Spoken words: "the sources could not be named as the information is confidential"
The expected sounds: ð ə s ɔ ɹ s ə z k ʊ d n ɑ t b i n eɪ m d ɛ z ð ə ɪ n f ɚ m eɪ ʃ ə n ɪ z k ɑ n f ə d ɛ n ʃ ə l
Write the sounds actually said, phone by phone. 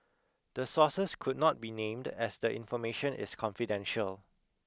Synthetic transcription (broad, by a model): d ə s ɔ s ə s k ʊ d n ɑ t b i n eɪ m d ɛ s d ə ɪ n f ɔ m eɪ ʃ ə n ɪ s k ɑ n f ə d ɛ n ʃ ə l